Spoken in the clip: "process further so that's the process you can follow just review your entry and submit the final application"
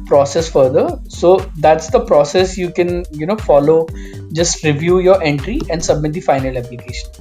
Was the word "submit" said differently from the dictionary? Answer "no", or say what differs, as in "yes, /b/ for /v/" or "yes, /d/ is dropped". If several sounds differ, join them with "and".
no